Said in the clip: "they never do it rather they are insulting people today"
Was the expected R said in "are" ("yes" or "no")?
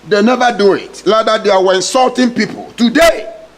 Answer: no